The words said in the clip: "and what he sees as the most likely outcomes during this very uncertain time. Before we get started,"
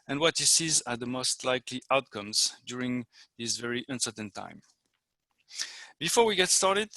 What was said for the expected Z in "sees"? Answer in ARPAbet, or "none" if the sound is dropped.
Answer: Z